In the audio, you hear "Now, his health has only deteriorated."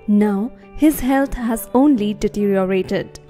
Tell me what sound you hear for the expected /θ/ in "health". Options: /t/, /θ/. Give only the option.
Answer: /t/